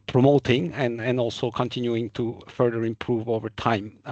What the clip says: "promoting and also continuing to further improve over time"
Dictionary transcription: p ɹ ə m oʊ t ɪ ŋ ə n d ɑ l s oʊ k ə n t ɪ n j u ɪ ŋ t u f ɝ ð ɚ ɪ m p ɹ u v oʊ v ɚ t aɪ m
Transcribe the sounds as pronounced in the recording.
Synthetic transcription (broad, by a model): p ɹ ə m oʊ t ɪ ŋ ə n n ɑ l s oʊ k ə n t ɪ n j u ɪ ŋ t u f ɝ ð ɚ ɪ m p ɹ u v oʊ v ɚ t aɪ m